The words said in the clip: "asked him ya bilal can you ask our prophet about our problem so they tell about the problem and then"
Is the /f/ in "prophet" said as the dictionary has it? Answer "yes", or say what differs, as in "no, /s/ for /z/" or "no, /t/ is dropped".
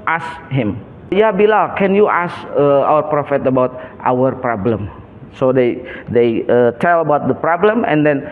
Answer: yes